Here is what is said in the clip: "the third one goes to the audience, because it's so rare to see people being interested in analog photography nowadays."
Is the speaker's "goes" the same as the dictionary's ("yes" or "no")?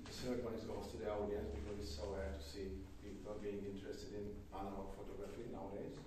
no